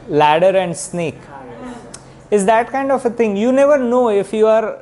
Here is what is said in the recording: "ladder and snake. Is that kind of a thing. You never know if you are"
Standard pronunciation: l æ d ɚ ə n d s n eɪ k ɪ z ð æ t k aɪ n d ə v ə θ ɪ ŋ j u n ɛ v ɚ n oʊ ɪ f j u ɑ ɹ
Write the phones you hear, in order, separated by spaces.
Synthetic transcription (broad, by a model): l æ d ɚ ə n d s n eɪ k ɪ z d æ t k aɪ n d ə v ə t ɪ ŋ j u n ɛ v ɚ n oʊ ɪ f j u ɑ ɹ